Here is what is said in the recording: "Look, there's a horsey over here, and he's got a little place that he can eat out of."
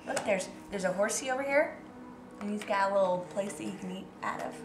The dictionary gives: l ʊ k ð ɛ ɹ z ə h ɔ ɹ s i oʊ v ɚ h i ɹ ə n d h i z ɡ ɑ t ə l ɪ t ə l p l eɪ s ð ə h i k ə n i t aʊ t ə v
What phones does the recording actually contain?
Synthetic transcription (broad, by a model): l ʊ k ð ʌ ɹ z ə h ɔ ɹ s i oʊ v ɚ h i ɹ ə n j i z ɡ ɑ t ə l ɪ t l p l eɪ s ð ə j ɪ k ə n i t aʊ t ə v